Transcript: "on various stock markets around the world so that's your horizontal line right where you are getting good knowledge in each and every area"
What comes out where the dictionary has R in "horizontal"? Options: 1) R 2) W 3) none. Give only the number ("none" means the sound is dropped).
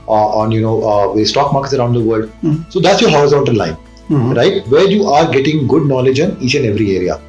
3